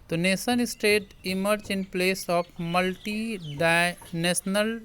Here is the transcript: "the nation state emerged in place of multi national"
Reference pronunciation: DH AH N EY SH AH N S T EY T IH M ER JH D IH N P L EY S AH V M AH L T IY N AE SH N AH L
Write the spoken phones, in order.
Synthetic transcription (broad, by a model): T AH N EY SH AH N S T EY T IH M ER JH IH N P L EY S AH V M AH L T IY N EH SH N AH L